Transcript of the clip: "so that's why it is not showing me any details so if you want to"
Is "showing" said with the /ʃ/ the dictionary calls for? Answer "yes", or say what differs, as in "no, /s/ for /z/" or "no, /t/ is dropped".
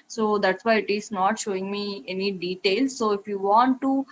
yes